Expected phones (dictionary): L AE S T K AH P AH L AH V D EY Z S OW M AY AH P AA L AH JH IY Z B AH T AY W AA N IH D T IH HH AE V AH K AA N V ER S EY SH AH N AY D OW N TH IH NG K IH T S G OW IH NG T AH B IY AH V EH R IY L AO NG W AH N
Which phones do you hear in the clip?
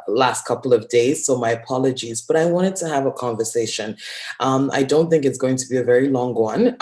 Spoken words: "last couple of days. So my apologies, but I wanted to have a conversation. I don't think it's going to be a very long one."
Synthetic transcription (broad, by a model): L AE S T K AH P L AH V D EY Z S OW M AY AH P AA L AH JH IY Z B AH T AY W AA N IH D T IH V AH K AA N V ER S EY SH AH N AY D OW N TH IH NG K IH T S G OW IH NG T AH B IY AH V EH R IY L AO NG W AH N